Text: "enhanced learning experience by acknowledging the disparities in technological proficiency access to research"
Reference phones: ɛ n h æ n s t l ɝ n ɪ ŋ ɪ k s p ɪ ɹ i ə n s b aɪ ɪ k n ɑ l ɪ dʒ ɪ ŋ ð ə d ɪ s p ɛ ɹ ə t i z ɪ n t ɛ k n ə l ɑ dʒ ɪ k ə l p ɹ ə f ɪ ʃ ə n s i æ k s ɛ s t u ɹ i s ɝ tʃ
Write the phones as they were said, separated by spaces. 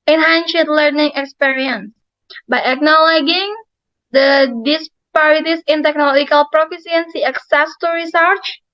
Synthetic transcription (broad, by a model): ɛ n h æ n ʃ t l ɝ n ɪ ŋ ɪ k s p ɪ ɹ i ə n s b aɪ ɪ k n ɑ l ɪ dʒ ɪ ŋ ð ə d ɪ s p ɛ ɹ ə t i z ɪ n t ɛ k n ə l ɑ dʒ ɪ k ə l p ɹ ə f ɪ s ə n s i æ k s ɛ s t u ɹ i s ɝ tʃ